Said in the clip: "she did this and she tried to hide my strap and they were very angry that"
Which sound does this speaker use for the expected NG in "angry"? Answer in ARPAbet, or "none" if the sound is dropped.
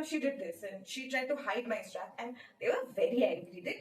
none